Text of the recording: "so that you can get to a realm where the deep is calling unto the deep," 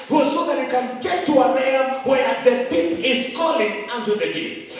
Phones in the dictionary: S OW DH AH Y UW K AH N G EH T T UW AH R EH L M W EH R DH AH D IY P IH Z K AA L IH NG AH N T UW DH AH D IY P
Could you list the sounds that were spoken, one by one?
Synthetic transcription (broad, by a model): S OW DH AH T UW K AH N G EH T T UW AH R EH M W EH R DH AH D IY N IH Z K AA L IH NG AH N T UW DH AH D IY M